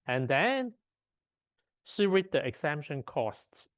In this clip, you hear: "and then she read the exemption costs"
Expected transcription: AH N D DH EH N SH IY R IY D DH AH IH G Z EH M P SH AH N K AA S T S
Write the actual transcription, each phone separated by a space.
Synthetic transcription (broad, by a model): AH N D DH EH N S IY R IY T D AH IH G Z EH M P SH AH N K AA S T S